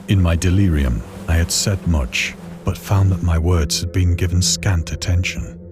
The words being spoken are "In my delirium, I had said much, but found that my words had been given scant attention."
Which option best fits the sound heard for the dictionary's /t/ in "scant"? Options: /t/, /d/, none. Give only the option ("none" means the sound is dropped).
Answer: /t/